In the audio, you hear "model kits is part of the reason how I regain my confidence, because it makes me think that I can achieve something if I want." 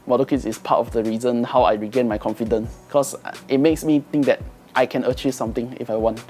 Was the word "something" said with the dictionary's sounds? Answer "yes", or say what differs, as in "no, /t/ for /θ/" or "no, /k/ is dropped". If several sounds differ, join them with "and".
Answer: no, /t/ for /θ/